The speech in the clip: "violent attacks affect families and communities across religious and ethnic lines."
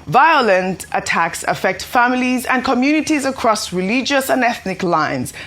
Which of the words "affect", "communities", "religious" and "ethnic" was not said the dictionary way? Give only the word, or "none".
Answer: none